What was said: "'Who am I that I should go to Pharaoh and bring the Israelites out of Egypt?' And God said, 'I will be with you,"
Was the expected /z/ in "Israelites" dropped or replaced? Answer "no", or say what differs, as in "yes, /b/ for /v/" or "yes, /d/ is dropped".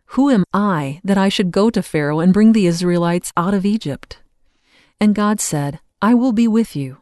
no